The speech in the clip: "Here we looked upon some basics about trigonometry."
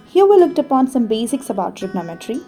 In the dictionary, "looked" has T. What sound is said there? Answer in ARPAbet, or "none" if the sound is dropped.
T